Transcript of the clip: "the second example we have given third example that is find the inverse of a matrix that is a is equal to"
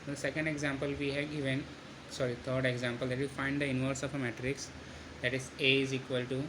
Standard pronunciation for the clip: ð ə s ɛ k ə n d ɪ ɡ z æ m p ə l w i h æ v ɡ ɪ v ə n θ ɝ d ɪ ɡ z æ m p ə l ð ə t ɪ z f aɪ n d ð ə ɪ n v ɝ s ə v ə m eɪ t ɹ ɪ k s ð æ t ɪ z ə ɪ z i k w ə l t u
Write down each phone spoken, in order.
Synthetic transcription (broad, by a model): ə s ɛ k ə n d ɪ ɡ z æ m p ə l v i h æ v ɡ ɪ v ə n t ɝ d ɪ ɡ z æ m p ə l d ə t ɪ f aɪ n d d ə ɪ n v ɝ s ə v ə m eɪ t ɹ ɪ k s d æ t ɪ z ə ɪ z i k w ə l t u